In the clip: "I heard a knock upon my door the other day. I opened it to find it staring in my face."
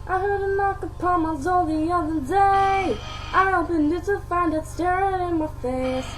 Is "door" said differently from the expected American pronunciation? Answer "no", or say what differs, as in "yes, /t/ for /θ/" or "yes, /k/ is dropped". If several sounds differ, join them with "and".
yes, /l/ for /ɹ/